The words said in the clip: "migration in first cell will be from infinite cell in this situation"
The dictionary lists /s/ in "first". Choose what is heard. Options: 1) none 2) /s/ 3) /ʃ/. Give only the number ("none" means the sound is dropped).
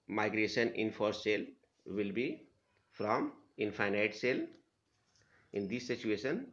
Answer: 1